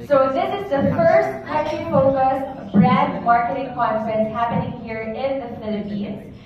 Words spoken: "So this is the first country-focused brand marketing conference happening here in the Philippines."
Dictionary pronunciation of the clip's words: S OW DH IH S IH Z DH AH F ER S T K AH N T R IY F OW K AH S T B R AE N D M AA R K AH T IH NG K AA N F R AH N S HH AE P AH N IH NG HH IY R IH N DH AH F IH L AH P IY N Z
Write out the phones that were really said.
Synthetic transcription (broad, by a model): S OW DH IH S IH Z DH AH F ER S T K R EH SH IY F OW K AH S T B R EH D M AA R K AH T IH NG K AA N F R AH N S HH AE P AH N IH NG HH IY R IH N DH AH F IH L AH P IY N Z